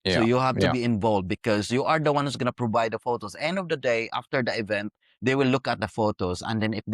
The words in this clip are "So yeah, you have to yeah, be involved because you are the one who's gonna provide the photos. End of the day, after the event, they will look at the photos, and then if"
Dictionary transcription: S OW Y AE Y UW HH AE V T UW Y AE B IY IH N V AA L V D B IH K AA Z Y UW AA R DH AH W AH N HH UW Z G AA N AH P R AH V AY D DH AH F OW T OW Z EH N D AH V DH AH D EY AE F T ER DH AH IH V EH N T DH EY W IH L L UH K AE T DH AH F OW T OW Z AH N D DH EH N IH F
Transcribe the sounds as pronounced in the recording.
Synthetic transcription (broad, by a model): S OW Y Y UW HH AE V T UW B IY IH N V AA L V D B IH K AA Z Y UW AA R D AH W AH N HH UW S G AA N AH P R AH V AY D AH F OW T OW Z EH N D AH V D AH D EY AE F T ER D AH IH V EH N T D EY W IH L L UH K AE T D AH F OW T OW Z AH N D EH N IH